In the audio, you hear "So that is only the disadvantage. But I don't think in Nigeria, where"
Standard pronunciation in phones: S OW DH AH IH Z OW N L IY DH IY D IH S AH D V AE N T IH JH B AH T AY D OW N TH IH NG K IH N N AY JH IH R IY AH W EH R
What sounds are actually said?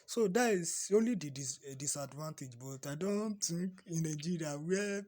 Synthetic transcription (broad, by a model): S OW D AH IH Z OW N L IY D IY D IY S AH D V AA N T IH JH B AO T AY D OW N T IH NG K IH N N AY JH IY R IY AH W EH